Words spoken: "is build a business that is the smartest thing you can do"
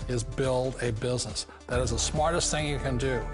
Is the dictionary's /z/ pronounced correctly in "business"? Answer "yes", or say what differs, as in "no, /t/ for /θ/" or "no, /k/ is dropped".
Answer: yes